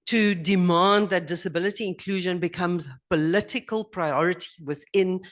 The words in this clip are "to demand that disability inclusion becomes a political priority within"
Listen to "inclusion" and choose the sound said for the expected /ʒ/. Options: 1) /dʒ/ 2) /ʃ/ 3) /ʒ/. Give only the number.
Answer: 3